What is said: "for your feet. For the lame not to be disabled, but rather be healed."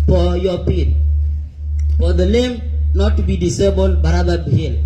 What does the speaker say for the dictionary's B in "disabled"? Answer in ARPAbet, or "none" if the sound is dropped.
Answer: B